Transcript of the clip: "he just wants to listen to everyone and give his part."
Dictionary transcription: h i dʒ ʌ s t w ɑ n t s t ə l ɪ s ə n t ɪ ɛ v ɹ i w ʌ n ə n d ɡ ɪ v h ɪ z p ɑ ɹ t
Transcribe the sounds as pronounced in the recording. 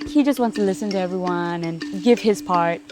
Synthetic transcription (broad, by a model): h i dʒ ʌ s t w ɑ n t s t ə l ɪ s ə n t ɪ ɛ v ɹ i w ʌ n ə n ɡ ɪ v ɪ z p ɑ ɹ t